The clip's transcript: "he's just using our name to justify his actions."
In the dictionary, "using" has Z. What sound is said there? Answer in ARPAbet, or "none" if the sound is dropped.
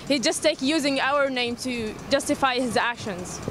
Z